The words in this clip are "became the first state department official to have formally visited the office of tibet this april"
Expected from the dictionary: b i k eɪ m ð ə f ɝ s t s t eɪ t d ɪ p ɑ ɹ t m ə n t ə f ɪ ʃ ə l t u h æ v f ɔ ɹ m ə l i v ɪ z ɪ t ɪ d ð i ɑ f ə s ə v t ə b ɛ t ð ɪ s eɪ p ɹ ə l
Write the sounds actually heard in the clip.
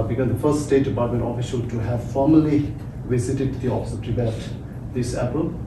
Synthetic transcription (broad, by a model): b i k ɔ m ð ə f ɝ s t s t eɪ t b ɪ ɪ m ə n ə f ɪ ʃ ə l t u h æ v f ɔ ɹ m ə l i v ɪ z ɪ t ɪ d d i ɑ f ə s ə p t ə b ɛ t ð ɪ s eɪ p ɹ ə l